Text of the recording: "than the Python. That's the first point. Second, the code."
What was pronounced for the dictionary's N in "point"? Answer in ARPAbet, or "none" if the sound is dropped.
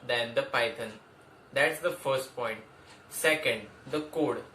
N